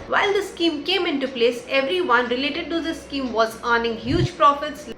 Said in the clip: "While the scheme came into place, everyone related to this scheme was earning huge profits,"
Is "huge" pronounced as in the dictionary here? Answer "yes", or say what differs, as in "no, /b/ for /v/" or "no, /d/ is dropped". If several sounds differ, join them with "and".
yes